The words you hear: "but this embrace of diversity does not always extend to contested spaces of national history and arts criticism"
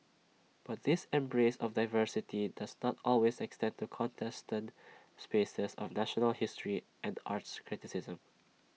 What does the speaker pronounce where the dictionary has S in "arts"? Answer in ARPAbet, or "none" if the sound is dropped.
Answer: S